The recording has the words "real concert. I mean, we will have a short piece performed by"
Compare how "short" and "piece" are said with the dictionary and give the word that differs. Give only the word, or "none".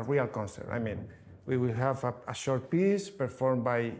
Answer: none